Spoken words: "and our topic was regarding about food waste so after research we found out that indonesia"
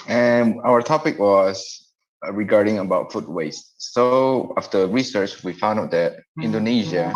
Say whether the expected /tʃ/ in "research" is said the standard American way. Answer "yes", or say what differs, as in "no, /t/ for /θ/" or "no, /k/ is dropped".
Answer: yes